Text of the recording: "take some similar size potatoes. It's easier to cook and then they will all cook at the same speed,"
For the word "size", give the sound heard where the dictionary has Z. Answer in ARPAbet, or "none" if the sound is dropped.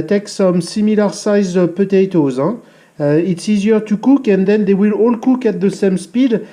Z